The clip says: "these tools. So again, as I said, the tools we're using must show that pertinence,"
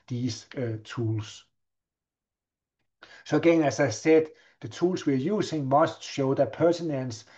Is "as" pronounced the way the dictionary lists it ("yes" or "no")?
no